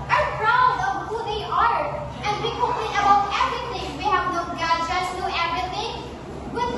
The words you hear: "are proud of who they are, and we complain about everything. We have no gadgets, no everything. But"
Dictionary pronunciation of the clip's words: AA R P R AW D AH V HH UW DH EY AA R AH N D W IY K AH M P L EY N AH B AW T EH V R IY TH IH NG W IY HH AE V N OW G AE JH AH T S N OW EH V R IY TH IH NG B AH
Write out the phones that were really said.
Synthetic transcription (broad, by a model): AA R P R AW D AH V HH UW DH EY AA R AH N D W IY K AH P EY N AH B AW T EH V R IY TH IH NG W IY HH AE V N OW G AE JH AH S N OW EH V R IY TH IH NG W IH